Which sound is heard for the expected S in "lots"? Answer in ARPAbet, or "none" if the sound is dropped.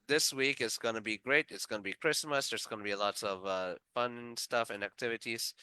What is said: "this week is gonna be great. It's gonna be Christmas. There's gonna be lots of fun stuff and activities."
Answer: none